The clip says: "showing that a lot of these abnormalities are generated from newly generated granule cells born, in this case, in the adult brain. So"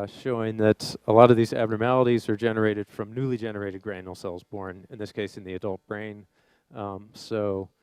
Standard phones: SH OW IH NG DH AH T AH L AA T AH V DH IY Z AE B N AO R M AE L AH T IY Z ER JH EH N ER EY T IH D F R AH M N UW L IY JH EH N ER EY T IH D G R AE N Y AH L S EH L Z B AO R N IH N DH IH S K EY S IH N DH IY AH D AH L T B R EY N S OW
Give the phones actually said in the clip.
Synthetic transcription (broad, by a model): SH OW IH NG DH AH T AH L AA T AH V DH IY Z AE B N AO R M AE L AH T IY Z ER JH EH N ER EY T IH D F R AH M N UW L IY JH EH N ER EY T IH D G R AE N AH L S EH L Z B AO R N IH N DH IH S K EY S IH N DH IY AH D AH L T B R EY N S OW